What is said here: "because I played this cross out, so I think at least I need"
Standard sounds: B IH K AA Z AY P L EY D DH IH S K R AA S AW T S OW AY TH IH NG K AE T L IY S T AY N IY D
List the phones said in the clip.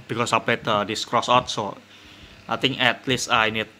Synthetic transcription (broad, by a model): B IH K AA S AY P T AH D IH S K R AA S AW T S OW AY T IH NG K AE T L IY S T AY N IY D